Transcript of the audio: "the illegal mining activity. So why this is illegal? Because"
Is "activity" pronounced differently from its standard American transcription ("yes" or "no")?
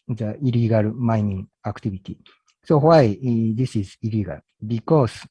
yes